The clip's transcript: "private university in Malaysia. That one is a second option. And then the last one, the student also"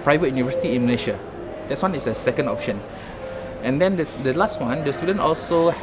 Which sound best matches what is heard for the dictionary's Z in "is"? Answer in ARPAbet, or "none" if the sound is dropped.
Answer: S